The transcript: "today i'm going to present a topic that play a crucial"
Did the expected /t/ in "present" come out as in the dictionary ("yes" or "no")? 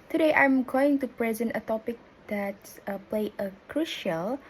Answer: yes